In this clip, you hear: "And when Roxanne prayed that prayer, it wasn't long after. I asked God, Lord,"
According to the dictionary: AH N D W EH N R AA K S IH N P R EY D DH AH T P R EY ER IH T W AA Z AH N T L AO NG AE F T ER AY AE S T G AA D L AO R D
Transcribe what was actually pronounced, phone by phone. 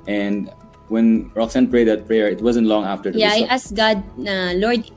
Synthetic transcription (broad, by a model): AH N D W EH N R AA K S IH N P R EY D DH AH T P R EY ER IH T W AA Z AH N T L AO NG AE F T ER AY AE S G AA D L AO R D